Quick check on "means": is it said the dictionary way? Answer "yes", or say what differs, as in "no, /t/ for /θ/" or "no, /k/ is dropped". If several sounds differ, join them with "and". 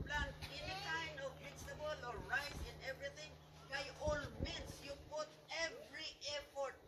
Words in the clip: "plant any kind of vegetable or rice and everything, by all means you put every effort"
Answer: no, /s/ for /z/